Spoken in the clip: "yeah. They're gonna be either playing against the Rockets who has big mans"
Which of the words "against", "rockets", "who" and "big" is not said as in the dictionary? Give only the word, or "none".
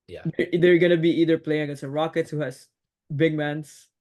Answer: against